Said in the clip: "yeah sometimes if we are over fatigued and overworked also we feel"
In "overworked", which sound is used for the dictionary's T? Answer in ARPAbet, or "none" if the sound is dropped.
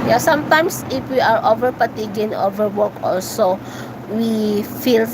none